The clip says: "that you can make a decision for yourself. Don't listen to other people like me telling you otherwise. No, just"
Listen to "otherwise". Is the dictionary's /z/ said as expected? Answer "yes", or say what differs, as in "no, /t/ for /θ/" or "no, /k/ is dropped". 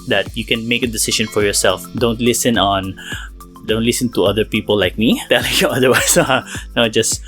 no, /s/ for /z/